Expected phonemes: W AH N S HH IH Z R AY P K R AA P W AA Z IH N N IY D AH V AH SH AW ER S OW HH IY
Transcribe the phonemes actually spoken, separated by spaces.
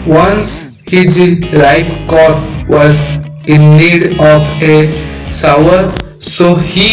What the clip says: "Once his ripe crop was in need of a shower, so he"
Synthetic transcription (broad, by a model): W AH N S HH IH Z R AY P K R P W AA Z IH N N IY D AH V AH S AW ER S OW HH IY